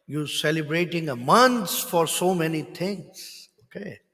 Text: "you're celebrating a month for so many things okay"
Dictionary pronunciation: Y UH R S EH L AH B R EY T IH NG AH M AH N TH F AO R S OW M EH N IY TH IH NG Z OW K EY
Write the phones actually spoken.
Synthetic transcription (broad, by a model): Y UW S EH L AH B R EY T IH NG AH M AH N S F AO R S OW M EH N IY T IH NG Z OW K EY